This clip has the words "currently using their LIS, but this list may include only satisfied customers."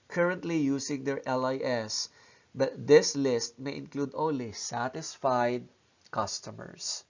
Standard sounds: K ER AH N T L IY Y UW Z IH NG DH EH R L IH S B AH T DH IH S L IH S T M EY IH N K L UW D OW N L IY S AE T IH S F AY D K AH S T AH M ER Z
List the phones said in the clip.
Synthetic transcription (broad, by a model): K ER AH N T L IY Y UW S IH NG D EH R L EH S B AH T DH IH S L IH S T M EY IH N K L UW D OW N L IY S AE T IH S F AY D K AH S T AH M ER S